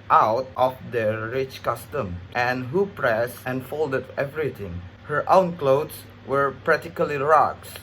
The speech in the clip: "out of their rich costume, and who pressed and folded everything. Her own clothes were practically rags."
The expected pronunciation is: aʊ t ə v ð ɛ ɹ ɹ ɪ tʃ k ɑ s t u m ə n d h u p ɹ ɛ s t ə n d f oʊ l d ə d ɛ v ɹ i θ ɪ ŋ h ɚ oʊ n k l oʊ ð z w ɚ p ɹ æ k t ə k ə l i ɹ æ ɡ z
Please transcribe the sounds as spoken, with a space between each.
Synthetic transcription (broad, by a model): aʊ t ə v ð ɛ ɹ ɹ ɪ tʃ k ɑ s t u m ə n h u p ɹ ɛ s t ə n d f oʊ l d ə d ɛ v ɹ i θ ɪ ŋ h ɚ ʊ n k l oʊ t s w ɚ p ɹ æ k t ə k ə l i ɹ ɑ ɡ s